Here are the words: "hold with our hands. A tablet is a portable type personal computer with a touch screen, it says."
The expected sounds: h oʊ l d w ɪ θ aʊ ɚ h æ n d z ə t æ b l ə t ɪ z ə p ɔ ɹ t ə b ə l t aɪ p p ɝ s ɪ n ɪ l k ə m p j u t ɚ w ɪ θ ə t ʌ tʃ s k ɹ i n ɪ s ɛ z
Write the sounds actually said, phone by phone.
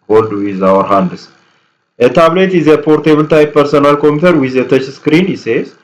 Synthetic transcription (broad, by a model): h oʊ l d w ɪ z aʊ ɚ h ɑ n d s ə t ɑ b l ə t ɪ z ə p ɔ ɹ t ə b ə l t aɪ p p ɝ s ɪ n ɪ l k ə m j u t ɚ w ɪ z ə t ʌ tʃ s k ɹ i n ɪ s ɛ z